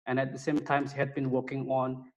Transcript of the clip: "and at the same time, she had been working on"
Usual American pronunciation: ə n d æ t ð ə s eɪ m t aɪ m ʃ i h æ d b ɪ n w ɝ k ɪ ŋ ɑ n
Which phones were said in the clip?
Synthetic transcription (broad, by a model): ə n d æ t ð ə s eɪ m t aɪ m s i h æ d b ɪ n w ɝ k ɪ ŋ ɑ n